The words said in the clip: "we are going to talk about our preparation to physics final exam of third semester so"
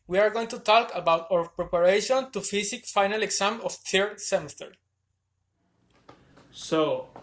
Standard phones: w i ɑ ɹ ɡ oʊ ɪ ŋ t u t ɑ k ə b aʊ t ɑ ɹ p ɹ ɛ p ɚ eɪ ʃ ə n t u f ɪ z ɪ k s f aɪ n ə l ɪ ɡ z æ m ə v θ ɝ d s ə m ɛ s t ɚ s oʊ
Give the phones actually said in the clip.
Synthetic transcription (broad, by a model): w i ɑ ɹ ɡ oʊ ɪ ŋ t u t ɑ k ə b aʊ t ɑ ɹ p ɹ ɛ p ɚ eɪ ʃ ə n t u f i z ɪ k f aɪ n ə l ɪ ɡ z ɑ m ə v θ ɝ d s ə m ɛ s t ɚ s oʊ